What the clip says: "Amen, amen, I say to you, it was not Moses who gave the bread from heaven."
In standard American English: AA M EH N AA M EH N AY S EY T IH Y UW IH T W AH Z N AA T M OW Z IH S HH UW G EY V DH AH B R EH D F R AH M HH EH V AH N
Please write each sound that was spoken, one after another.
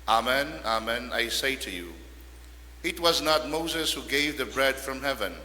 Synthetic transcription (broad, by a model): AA M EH N AA M EH N AY S EY T IH Y UW IH T W AH Z N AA T M OW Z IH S HH UW G EY V DH AH B R EH D F R AH M HH EH V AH N